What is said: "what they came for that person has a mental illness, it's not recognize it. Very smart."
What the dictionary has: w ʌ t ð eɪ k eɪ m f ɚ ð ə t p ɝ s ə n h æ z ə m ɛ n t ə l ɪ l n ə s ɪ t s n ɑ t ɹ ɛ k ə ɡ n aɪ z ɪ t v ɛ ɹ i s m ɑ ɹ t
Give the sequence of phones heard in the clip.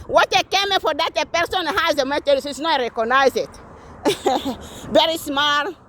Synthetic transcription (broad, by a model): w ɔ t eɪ k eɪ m f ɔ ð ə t p ɝ s ə n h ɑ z ə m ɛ t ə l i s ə ɪ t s n ɑ t ɹ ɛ k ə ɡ n aɪ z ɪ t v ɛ ɹ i s m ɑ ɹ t